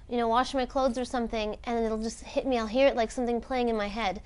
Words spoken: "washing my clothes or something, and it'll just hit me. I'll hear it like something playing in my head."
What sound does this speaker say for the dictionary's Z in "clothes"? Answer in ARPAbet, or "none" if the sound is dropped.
Z